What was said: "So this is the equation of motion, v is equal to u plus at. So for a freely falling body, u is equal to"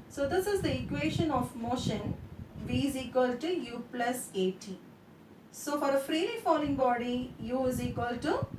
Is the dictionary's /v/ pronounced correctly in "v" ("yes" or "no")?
yes